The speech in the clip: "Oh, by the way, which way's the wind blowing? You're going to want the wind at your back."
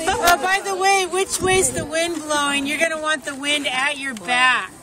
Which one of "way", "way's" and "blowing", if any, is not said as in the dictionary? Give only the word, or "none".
none